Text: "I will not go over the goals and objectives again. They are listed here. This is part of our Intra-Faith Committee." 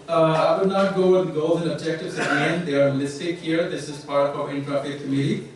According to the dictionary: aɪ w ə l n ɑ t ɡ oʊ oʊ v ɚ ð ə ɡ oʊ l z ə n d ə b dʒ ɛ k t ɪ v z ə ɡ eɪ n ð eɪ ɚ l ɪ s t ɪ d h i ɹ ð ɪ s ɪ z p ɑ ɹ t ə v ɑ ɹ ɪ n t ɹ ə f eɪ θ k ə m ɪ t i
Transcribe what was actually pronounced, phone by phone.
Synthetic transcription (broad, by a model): aɪ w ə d n ɑ t ɡ oʊ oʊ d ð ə ɡ oʊ l z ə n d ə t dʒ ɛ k t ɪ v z ə ɡ eɪ n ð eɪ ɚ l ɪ s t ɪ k h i ɹ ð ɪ s ɪ z p ɑ ɹ t ə v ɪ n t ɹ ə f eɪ t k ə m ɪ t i